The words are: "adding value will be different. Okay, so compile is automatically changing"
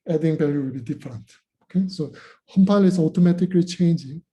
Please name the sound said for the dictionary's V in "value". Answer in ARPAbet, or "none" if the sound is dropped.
B